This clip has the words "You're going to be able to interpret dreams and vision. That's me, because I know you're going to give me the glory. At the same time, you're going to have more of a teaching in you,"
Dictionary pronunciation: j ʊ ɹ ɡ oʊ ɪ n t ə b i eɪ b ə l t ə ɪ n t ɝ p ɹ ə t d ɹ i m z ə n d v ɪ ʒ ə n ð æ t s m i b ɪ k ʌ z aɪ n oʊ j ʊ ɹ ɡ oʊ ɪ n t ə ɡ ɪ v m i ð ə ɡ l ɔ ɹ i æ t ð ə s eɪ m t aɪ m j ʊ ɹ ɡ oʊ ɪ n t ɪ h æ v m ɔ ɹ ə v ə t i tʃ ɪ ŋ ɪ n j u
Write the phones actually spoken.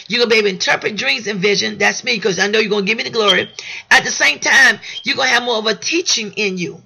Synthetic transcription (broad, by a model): j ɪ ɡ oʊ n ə b i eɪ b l ɪ n t ɝ p ɹ ə t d ɹ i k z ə n v ɪ ʒ ə n ð æ t s m i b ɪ k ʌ z aɪ n oʊ j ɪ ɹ ɡ oʊ ɪ n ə ɡ ɪ v m i ð ə ɡ l ɔ ɹ i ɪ t ð ə s eɪ m t aɪ m j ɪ ɡ oʊ ɪ n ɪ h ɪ v m ɔ ɹ ə v ə t i tʃ ɪ ŋ ɪ n j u